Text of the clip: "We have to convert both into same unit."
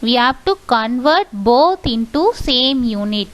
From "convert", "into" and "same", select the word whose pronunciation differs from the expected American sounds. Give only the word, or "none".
none